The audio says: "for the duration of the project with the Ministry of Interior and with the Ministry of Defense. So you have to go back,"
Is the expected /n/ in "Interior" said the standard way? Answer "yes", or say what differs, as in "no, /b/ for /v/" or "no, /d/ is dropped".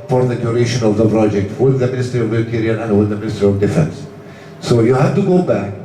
no, /n/ is dropped